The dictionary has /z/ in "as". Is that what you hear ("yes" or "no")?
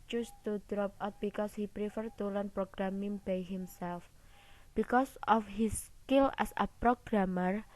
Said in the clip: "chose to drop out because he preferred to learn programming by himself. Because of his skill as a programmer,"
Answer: no